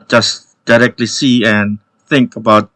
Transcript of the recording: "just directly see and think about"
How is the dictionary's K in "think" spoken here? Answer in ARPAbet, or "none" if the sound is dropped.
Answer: K